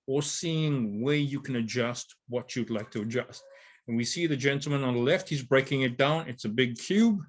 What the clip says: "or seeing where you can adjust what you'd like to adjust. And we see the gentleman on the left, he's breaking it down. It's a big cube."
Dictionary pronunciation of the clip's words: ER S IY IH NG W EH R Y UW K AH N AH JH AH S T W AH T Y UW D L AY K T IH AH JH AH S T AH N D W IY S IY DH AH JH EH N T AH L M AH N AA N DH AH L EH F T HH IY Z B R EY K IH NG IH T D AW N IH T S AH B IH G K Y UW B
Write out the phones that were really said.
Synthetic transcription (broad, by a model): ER S IY IH NG W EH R Y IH K AH N AH JH AH S T W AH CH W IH D L AY K T IH AH JH AH S T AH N W IY S IY DH AH JH EH N T L M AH N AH N DH AH L EH F T HH IY Z B R EY K IH NG IH T D AW N IH T S AH B IH G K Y UW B